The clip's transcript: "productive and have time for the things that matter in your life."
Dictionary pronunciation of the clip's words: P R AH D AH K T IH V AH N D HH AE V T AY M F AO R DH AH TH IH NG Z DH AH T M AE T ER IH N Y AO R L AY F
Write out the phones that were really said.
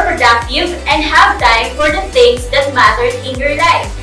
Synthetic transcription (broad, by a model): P R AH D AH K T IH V AH N D HH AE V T AY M F AO R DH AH S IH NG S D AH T M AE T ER IH N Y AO R L AY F